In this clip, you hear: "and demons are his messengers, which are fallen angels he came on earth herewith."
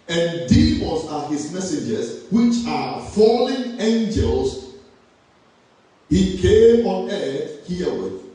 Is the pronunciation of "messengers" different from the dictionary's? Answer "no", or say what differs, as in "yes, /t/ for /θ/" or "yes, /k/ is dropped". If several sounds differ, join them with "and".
yes, /n/ is dropped